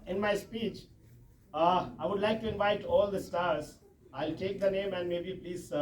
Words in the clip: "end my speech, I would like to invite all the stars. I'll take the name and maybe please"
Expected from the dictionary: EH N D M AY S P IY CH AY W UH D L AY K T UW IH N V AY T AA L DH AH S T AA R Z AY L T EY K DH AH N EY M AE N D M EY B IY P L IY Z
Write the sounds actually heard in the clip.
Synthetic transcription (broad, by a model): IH N M AY S P IY CH AY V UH D L AY K T UW IH N V AY T AA L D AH S T AA R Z AY L T EY K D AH N EY M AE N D M EY B IY P L IY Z